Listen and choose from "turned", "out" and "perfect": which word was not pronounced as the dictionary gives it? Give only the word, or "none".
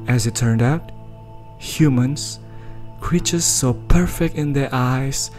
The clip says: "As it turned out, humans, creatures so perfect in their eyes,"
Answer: none